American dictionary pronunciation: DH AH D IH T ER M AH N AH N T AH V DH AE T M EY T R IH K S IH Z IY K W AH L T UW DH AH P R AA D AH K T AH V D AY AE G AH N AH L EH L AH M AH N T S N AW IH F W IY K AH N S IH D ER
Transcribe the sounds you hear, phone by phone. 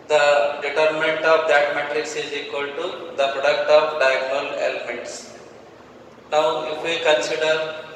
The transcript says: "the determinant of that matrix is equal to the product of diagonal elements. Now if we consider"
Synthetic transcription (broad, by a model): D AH D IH T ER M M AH N T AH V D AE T M EY T R IH K S IH Z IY K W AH L T UW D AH P R AA D AH K T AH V D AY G N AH L EH L AH M AH N T S N AW IH F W IY K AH N S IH D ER